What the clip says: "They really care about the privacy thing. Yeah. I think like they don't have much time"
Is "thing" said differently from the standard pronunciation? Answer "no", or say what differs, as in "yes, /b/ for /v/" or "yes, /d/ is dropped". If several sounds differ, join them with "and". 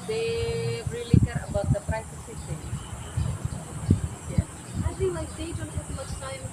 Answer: yes, /s/ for /θ/